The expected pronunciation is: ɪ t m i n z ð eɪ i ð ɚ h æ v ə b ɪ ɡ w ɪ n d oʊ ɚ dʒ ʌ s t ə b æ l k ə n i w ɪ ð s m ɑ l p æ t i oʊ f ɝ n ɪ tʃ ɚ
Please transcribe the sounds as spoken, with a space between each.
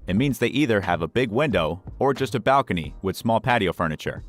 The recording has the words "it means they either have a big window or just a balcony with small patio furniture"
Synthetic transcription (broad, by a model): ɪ t m i n z ð eɪ i ð ɚ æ v ə b ɪ ɡ w ɪ n d oʊ ɚ dʒ ʌ s t ə b æ l k ə n i w ɪ ð s m ɑ l p æ t i oʊ f ɝ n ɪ tʃ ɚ